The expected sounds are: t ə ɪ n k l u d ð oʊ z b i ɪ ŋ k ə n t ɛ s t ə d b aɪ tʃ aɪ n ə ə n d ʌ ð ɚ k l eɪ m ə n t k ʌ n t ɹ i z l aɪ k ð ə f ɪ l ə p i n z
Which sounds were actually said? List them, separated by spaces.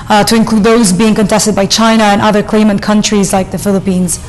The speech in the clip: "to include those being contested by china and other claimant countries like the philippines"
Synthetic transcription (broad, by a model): t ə ɪ n k l u d ð oʊ z b i ɪ ŋ k ə n t ɛ s t ə d b aɪ tʃ aɪ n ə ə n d ʌ ð ɚ k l eɪ m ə n k ʌ n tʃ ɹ i z l aɪ k ð ə f ɪ l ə p i n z